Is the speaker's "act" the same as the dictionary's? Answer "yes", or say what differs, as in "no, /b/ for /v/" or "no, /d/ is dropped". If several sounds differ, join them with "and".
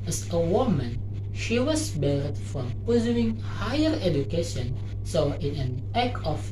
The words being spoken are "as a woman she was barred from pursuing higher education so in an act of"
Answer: no, /t/ is dropped